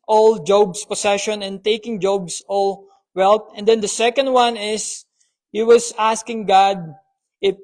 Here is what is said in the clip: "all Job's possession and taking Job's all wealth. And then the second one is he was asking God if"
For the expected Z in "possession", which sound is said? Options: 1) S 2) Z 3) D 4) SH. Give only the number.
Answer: 1